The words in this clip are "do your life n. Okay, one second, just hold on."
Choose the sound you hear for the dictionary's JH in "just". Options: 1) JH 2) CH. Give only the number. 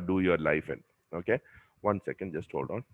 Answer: 1